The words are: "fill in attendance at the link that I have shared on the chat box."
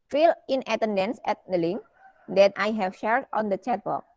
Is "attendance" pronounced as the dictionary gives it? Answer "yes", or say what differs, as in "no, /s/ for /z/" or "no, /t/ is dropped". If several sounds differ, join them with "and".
yes